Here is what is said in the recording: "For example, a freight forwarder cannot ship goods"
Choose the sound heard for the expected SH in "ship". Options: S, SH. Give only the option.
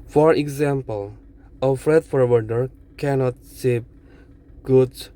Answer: S